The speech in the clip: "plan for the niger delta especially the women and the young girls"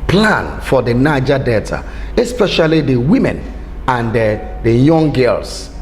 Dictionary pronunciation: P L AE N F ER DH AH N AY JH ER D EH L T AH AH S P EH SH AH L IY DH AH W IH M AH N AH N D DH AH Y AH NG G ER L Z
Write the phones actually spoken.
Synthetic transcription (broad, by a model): P L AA N F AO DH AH N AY JH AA D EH T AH AH S P EH SH AH L IY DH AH W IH M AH N AH N D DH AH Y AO NG G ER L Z